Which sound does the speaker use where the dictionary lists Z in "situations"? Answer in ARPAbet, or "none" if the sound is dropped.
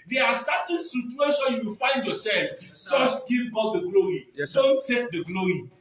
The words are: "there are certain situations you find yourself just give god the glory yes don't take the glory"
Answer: none